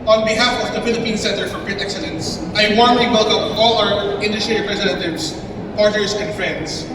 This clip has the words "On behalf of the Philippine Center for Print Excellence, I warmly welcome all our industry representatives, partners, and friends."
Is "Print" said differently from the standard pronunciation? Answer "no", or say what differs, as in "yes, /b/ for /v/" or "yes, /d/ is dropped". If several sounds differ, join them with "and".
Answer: yes, /n/ is dropped